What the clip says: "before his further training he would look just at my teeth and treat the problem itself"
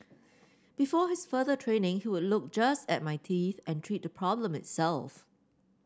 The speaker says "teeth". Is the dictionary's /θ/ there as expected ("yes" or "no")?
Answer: yes